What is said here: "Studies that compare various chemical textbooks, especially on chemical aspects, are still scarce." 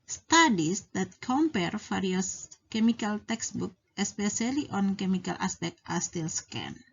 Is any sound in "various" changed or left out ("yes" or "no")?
yes